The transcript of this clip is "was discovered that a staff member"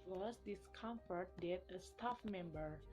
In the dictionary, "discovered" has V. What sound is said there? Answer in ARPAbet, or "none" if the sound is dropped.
F